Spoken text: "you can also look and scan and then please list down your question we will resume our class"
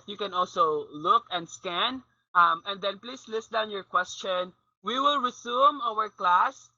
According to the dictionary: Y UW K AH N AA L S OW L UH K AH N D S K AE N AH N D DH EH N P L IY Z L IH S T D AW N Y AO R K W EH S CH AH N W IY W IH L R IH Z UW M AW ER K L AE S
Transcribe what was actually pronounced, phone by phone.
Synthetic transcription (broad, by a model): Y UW K AH N AA L S OW L UH K AH N D S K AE N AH N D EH N P L IY S L IH S T D AW N Y AO R K W EH S CH AH N W IY W IH L R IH S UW M AW ER K L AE S